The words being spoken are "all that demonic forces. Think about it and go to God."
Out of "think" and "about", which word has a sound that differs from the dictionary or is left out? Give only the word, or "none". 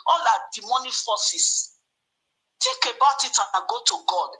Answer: think